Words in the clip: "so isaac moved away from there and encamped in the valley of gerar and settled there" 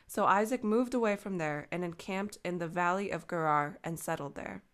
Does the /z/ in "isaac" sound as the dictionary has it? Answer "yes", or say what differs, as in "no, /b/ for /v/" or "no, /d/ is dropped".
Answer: yes